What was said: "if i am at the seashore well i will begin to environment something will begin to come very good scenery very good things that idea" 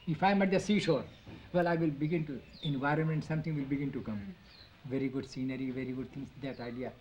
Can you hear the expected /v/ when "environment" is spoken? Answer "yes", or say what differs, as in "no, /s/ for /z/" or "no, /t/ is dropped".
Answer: yes